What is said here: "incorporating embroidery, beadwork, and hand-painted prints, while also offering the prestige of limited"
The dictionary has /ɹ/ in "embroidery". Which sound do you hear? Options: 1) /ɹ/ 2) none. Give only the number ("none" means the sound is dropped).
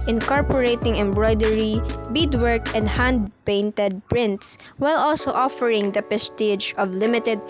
1